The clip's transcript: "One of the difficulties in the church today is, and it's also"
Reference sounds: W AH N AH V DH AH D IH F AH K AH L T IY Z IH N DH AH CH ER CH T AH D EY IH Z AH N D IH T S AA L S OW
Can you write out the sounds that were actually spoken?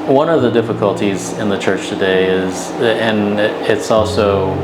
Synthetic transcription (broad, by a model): W AH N AH V DH AH D IH F AH K AH L T IY Z IH N DH AH CH ER CH T AH D EY IH Z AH N IH T S AA L S OW